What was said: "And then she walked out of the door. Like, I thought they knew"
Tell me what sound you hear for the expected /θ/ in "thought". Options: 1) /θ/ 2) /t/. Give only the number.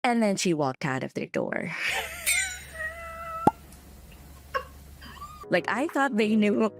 1